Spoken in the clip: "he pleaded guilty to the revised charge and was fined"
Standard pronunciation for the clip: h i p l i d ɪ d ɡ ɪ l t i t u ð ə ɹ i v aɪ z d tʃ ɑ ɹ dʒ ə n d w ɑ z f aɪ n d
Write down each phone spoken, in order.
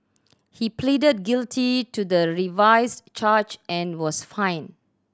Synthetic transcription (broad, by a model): h i p l i d ɪ d ɡ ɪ l t i t u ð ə ɹ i v aɪ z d tʃ ɑ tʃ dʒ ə n w ɑ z f aɪ n